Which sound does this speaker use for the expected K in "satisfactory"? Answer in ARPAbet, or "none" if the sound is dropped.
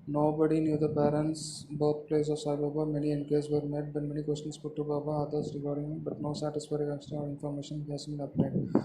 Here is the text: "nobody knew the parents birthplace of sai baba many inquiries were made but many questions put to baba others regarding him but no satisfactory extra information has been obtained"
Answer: none